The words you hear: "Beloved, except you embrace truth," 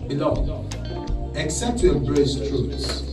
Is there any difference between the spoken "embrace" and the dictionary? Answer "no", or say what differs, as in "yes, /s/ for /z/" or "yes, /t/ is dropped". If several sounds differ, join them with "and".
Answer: yes, /m/ is dropped